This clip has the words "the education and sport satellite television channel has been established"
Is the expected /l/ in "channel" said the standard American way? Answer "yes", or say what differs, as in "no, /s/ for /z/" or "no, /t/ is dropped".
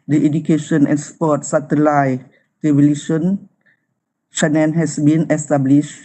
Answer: no, /n/ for /l/